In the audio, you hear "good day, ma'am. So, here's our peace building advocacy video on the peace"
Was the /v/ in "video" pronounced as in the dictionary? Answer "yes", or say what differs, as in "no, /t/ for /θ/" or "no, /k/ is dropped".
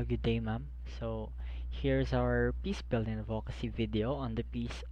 yes